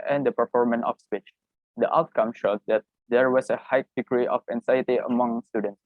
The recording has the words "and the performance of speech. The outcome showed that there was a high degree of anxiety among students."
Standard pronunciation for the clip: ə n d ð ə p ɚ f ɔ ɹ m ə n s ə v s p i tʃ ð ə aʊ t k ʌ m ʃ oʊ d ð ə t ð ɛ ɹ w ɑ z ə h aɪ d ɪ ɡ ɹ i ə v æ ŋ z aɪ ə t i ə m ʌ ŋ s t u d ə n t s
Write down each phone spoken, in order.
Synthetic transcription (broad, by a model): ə n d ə p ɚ f ɔ ɹ m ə n ə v s p i tʃ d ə aʊ t k ʌ m ʃ oʊ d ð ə t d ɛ ɹ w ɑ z ə h aɪ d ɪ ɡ ɹ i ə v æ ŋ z aɪ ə t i ə m ʌ ŋ s t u d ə n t s